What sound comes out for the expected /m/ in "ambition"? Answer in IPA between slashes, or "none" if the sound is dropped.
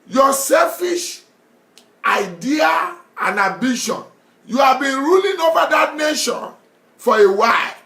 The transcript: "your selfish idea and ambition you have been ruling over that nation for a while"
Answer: none